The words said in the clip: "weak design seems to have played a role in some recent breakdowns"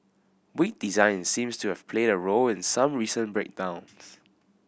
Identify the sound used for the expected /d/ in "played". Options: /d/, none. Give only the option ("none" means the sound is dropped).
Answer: /d/